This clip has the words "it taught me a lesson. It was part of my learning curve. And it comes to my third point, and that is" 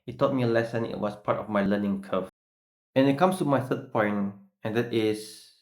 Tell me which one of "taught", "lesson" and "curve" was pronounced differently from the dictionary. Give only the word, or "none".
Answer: curve